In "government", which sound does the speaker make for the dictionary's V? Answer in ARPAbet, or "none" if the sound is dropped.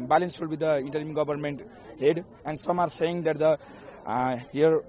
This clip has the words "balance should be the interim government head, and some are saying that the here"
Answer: B